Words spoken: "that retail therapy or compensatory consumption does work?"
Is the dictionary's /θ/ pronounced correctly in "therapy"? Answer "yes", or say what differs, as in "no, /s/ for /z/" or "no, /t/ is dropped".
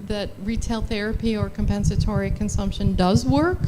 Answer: yes